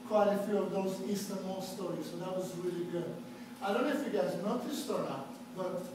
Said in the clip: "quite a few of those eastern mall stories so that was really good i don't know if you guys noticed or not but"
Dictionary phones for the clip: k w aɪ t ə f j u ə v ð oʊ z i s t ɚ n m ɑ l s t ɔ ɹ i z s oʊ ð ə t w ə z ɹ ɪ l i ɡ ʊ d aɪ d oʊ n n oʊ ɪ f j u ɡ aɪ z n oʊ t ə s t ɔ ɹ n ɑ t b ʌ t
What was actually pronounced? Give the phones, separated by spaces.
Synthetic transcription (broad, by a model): k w aɪ t ə f j u ə v ð oʊ z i s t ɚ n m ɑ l s t ɔ ɹ i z s oʊ ð ə t w ə z ɹ ɪ l i ɡ ʊ d aɪ d oʊ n n oʊ ɪ f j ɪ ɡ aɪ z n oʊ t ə s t ɔ ɹ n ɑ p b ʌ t